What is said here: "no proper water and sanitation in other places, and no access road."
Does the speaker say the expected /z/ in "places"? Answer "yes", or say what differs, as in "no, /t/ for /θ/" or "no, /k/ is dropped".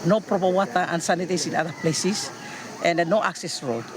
no, /s/ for /z/